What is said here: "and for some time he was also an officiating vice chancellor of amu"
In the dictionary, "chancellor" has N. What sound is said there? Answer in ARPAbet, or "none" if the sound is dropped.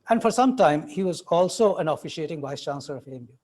N